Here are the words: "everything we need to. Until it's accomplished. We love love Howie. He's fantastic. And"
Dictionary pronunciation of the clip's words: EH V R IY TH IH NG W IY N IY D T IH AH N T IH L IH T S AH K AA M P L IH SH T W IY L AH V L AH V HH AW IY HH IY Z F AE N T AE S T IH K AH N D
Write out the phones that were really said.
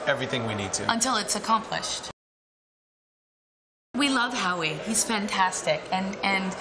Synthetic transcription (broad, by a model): EH V R IY TH IH NG W IY N IY D T IH AH N T IH L IH T S AH K AA M P L IH SH T W IY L L AH V HH AW IY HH IY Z F AE N T AE S T IH K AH N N